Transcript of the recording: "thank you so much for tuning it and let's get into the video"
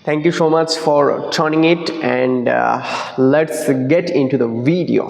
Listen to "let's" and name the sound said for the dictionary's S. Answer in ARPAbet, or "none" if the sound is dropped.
S